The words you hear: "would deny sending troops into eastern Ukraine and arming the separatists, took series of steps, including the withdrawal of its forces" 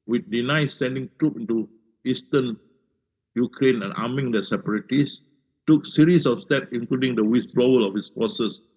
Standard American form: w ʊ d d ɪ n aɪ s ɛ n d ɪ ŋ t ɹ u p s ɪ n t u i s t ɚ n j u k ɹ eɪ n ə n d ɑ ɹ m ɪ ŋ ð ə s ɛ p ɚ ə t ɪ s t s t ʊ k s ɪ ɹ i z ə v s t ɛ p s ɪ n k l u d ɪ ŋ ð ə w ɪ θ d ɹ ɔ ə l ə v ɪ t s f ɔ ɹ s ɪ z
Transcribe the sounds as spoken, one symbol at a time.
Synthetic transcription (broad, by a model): w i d d ɪ n aɪ s ɛ n d ɪ ŋ t ɹ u p ɪ n t u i s t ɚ n j u k ɹ eɪ n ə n ɑ m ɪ ŋ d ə s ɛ p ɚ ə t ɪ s s t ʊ k s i ɹ i s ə f s t ɛ p s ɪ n k l u d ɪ ŋ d ə w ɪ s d ɹ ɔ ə l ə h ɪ s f ɔ s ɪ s